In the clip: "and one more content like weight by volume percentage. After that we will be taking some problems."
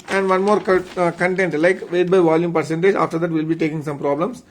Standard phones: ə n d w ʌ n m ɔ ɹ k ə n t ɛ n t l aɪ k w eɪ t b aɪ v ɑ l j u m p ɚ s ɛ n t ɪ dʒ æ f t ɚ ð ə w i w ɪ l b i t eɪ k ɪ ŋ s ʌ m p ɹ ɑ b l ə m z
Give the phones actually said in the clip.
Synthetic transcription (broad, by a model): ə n d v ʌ n m ɔ ɹ k ə n t ɛ n t l aɪ k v eɪ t b aɪ v ɑ l j u m p ɚ s ɛ n t ɪ dʒ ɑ f t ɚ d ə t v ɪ l b i t eɪ k ɪ ŋ s ʌ m p ɹ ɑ b l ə m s